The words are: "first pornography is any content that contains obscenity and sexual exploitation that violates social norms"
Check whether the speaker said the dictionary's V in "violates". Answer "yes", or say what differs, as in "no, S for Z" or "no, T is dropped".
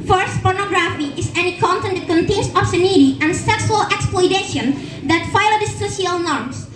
no, F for V